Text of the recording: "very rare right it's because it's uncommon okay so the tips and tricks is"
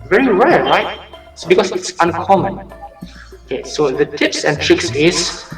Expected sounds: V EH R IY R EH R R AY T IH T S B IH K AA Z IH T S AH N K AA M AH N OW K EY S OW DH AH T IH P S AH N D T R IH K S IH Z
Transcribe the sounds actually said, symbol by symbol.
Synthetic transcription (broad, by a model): V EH R IY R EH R R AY IH T S B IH K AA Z IH T S AH N K AA M AH N OW K EY S OW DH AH T IH P S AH N T R IH K S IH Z